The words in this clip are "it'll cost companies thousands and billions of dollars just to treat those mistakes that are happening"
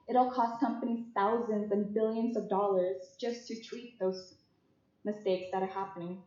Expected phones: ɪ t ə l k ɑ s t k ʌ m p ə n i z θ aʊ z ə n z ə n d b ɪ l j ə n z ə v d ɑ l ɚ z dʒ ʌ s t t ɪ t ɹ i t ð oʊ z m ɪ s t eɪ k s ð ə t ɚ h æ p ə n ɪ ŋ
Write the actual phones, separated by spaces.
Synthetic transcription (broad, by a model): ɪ t l k ɑ s t k ʌ m p ə n i z θ aʊ z ə n z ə n b ɪ l j ə n z ə v d ɑ l ɚ z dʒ ʌ s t t ɪ t ɹ i t ð oʊ z m ɪ s t eɪ k s ð ə t ɚ h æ p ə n ɪ ŋ